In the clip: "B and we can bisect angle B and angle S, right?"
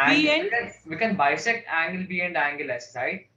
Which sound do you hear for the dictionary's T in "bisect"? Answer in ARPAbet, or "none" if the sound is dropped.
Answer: none